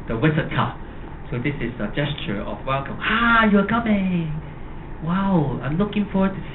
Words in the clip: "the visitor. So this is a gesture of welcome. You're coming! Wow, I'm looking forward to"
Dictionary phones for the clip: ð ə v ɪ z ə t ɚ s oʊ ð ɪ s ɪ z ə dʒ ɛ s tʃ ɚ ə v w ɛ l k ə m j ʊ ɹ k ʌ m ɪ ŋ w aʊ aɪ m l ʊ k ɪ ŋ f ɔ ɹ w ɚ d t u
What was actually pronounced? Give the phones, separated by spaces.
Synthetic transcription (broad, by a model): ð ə w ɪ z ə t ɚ s oʊ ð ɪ s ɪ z ə dʒ ɛ s tʃ ɚ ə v w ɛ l k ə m j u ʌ k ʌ m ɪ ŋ w aʊ aɪ m l ʊ k ɪ ŋ f ɔ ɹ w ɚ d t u